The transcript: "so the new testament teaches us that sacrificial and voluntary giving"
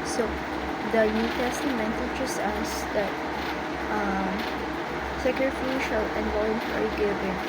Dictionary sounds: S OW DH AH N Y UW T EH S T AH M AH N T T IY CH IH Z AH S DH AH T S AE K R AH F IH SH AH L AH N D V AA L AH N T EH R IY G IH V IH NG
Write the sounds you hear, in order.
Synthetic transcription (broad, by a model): S OW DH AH N Y UW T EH S T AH M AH N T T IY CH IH S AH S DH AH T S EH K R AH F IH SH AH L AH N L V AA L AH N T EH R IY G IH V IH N